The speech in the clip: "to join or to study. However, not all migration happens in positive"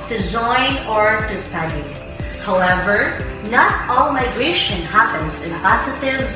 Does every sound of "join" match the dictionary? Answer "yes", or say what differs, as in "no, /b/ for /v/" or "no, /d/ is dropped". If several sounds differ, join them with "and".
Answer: no, /z/ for /dʒ/